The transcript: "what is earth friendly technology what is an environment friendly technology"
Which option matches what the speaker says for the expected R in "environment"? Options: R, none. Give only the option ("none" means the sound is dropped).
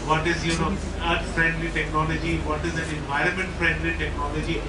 R